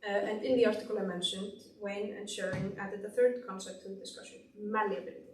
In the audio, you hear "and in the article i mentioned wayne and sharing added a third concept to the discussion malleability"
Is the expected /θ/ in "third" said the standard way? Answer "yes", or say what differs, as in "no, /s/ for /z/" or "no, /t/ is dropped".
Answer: yes